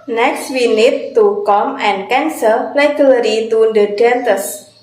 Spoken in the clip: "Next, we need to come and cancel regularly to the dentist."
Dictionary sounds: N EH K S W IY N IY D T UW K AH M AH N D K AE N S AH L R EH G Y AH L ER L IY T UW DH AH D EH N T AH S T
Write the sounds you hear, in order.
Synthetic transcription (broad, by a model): N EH K S W IY N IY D T UW K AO M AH N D K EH N S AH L L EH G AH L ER IY T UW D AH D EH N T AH S